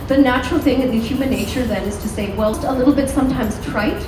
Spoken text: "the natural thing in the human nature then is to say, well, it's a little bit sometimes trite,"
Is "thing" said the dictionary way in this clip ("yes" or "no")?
yes